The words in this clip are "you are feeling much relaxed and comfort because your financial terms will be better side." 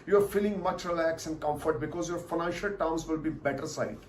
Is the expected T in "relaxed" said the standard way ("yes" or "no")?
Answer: no